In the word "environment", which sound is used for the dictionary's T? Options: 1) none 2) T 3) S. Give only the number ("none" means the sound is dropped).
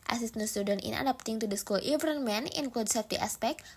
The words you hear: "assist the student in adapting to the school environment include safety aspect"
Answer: 1